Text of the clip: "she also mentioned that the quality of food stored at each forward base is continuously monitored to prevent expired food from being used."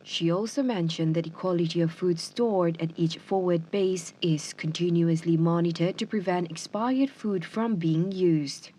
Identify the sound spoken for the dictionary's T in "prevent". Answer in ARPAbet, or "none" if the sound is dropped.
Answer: T